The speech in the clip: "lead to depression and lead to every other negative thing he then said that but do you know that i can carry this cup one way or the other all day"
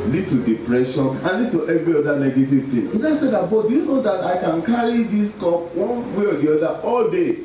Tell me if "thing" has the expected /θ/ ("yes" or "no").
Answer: no